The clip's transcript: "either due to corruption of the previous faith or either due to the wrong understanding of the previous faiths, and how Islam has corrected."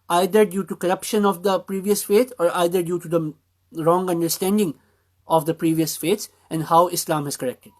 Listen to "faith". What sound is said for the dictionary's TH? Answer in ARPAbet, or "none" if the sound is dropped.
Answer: T